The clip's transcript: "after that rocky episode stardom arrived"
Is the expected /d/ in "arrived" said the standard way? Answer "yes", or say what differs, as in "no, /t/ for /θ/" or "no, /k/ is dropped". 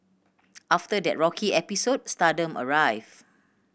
no, /d/ is dropped